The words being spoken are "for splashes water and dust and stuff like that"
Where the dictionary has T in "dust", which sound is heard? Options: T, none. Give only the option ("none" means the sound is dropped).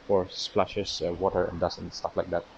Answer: none